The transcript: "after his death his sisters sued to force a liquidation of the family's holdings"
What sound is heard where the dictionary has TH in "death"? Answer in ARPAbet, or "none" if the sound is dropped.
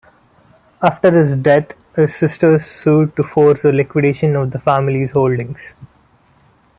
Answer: T